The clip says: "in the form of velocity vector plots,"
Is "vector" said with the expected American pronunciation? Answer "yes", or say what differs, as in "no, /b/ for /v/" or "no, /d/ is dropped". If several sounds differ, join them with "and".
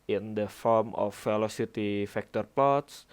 no, /f/ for /v/